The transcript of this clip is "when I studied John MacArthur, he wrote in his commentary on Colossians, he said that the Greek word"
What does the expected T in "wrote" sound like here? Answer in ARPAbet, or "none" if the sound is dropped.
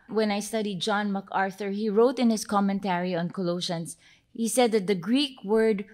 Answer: T